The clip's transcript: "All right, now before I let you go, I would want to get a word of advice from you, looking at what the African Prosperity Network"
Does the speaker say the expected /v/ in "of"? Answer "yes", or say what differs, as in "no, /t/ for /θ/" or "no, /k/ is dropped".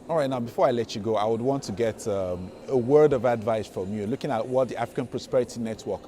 yes